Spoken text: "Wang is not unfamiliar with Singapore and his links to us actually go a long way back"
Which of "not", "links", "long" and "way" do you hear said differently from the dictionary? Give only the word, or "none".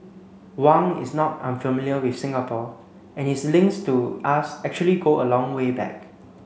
links